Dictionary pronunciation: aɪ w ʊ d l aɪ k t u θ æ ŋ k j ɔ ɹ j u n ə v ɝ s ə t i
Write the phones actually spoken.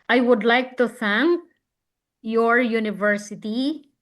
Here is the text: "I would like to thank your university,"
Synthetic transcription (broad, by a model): aɪ w ʊ d l aɪ k t u θ æ ŋ k j ɔ ɹ j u n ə v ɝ s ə t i